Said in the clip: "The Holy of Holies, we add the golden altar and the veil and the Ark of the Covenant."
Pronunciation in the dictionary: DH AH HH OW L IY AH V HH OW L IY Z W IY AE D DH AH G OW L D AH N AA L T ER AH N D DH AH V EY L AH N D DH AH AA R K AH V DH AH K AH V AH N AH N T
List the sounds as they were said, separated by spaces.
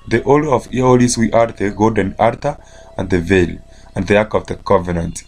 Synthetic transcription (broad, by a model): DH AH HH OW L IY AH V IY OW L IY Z W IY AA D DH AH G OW D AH N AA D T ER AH N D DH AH V EY L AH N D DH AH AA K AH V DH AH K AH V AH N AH N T